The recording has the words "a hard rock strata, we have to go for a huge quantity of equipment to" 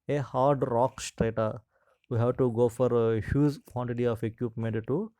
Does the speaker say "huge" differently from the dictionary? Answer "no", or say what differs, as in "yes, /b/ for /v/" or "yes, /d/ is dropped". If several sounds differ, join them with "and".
yes, /z/ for /dʒ/